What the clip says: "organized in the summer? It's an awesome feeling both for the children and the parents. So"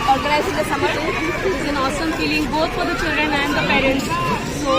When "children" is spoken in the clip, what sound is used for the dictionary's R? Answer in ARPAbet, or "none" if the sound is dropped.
R